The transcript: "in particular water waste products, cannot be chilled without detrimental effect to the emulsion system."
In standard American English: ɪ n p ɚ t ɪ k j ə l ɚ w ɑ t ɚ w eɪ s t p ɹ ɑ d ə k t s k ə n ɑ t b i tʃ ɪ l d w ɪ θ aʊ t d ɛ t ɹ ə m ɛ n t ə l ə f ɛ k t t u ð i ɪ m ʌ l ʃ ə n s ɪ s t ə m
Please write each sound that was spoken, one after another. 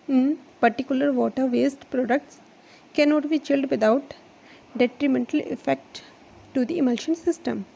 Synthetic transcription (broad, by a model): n p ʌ t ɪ k j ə l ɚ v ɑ t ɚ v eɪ s t p ɹ ɑ d ə k t s k ə n ɑ t b i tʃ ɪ l d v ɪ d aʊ t d ɛ t ɹ ə m ɛ n t ə l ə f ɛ k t t u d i ɪ m ʌ l ʃ ə n s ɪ s t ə m